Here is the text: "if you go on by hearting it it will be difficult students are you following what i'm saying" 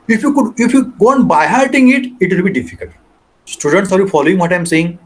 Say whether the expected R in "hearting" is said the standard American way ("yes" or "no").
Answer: no